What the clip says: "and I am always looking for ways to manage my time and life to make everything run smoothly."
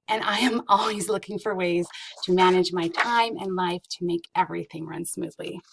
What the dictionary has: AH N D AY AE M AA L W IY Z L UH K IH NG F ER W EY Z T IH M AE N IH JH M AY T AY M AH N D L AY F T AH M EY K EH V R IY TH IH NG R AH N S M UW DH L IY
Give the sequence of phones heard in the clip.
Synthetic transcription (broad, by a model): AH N AY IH M AA L W IY Z L UH K IH NG F ER W EY Z T IH M AE N IH JH M AY T AY M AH N L AY F T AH M EY K EH V R IY TH IH NG R AH N S M UW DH L IY